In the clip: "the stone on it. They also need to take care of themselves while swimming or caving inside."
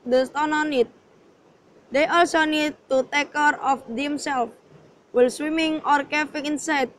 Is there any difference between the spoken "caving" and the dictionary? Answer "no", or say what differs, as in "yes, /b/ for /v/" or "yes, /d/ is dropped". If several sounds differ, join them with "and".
yes, /f/ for /v/